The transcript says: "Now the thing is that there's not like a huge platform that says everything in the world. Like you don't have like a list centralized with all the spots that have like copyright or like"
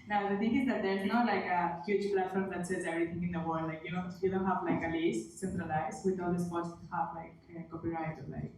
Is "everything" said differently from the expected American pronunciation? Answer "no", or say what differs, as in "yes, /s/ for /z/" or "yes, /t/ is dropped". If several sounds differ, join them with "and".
yes, /t/ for /θ/